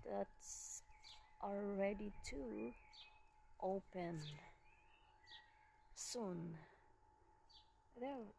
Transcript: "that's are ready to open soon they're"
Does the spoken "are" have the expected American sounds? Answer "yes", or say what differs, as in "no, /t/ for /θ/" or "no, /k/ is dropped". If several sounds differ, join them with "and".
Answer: no, /l/ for /ɹ/